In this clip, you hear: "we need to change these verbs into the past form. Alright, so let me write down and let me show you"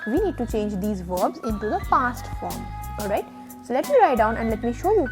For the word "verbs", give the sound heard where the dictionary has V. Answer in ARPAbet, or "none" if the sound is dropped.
V